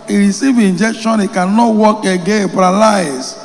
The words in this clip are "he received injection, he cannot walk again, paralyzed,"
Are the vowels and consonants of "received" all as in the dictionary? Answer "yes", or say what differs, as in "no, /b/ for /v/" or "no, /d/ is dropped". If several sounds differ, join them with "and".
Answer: no, /d/ is dropped